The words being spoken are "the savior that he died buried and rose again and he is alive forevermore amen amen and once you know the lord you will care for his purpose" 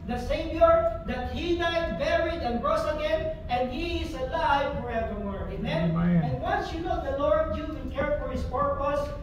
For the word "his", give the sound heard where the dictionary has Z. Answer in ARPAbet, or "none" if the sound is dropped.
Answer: S